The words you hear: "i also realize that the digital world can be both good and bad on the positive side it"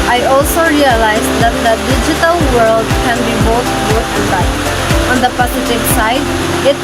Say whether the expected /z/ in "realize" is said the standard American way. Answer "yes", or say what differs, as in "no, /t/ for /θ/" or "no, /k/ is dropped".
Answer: yes